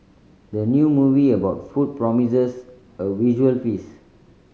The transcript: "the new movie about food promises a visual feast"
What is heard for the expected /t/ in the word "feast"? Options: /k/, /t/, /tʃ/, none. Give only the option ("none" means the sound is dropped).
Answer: none